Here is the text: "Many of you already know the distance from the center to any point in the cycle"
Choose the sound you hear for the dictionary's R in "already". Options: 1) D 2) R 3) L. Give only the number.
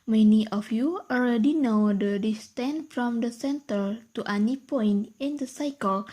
3